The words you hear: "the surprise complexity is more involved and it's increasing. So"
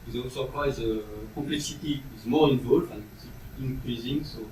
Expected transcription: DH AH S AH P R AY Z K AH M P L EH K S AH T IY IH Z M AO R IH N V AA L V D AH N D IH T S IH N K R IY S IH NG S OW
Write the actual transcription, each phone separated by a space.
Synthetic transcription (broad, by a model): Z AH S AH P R AY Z K AH M P L EH K S AH T IY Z M AO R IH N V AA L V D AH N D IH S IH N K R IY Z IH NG S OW